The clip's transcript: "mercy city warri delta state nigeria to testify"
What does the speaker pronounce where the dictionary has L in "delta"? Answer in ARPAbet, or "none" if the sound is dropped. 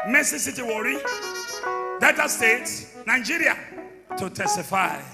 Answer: none